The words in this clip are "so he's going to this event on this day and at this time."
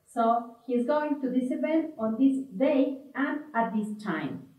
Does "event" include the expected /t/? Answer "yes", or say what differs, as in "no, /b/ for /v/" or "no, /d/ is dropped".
no, /t/ is dropped